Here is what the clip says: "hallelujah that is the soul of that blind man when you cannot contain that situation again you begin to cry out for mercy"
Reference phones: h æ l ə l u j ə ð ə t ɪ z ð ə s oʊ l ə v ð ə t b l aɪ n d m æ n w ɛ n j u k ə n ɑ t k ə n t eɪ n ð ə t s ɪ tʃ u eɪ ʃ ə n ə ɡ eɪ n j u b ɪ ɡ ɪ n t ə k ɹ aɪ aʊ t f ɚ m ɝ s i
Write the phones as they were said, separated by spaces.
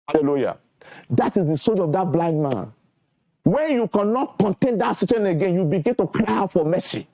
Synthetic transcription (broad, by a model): h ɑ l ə l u j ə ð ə t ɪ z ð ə s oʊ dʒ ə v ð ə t b l aɪ n d m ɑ n w ɛ n j u k ə n ɑ t k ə n t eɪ n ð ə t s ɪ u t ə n ə ɡ eɪ n j u b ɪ ɡ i n t ə k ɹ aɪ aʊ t f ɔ m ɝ s i